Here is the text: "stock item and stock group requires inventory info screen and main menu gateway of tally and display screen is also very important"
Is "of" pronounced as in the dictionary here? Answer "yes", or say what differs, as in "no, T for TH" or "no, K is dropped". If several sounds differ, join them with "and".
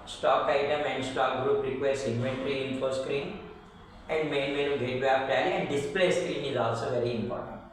no, P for V